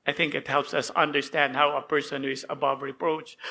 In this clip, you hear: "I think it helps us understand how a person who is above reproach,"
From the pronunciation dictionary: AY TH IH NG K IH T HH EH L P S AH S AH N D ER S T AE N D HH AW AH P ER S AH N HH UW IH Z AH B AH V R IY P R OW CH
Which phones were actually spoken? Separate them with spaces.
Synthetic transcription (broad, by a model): AY TH IH NG K IH T HH EH L P S AH S AH N D ER S T AE N D HH AW AH P ER S AH N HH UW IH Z AH B AH V R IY P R OW CH